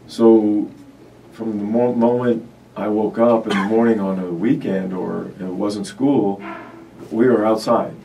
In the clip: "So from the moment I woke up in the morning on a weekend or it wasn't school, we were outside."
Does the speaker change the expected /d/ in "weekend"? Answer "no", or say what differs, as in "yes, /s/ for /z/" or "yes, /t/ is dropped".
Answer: no